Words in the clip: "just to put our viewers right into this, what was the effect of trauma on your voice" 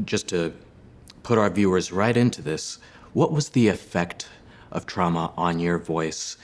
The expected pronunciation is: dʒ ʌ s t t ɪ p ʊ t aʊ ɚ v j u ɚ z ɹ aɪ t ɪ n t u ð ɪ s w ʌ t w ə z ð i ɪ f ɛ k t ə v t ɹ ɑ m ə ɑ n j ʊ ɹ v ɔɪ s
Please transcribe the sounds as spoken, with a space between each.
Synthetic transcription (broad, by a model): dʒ ʌ s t t ɪ p ʊ t aʊ ɚ v j u ɚ z ɹ aɪ t ɪ n t u ð ɪ s w ʌ t w ə z ð i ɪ f ɛ k t ə v t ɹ ɑ m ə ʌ n j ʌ ɹ v ɔɪ s